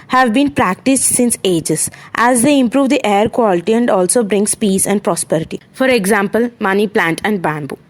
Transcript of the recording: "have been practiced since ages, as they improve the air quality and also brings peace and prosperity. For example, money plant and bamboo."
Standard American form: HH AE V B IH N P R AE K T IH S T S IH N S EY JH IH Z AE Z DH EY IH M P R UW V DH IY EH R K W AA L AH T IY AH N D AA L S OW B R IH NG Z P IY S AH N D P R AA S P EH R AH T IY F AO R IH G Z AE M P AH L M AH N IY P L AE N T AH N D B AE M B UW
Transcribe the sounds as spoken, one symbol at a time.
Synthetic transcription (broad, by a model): HH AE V B IH N P R AE K T IH S T S IH N S EY JH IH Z AE Z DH EY IH M P R UW V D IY EH R K W AA L AH T IY AH N D AA L S OW B R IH NG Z P IY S AH N D P R AA S P EH R AH T IY F AO R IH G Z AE M P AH L M AH N IY P L AE N T AH N D B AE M B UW